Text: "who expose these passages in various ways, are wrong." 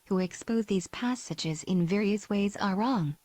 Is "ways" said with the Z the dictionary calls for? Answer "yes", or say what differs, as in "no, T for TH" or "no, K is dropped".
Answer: yes